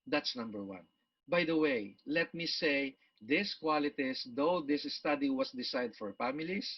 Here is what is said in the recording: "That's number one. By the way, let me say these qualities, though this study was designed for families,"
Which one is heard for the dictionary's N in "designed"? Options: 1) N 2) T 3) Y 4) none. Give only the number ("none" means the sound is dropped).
4